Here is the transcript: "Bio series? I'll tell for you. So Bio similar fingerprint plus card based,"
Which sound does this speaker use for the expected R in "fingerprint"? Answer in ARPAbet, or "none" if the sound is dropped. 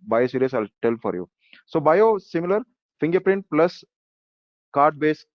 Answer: R